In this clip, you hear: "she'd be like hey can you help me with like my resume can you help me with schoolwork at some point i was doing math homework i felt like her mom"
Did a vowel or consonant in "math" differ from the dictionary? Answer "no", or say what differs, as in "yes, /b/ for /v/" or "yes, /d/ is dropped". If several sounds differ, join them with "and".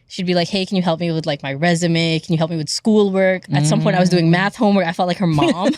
no